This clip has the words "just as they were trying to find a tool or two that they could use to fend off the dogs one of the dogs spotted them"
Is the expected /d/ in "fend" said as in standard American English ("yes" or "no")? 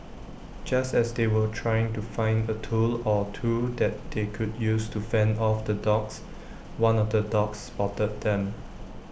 yes